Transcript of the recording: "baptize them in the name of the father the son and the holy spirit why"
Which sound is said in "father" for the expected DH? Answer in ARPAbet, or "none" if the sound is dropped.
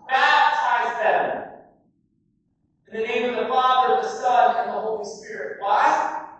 DH